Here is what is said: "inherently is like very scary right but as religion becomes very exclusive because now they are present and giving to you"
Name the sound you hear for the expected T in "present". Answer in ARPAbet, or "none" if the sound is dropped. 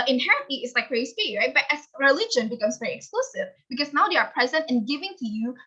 T